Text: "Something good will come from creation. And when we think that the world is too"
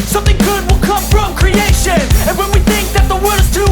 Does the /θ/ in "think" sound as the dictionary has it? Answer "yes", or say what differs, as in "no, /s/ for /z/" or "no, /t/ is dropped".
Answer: yes